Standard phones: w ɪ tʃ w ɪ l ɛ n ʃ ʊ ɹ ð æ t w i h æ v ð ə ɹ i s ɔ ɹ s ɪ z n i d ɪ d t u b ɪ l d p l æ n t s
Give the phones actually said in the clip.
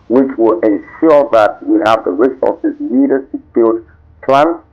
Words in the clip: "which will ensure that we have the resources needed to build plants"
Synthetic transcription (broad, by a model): w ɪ tʃ w ɪ l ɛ n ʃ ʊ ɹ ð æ t w i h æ v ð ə ɹ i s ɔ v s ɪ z l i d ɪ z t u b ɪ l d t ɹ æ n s